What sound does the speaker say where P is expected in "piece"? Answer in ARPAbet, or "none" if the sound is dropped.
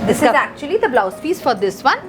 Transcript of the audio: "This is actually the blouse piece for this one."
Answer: F